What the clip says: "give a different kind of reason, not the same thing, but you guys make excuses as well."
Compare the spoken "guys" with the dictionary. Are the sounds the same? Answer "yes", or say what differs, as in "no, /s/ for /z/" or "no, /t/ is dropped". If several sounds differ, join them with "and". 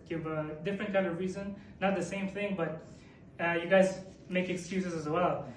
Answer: yes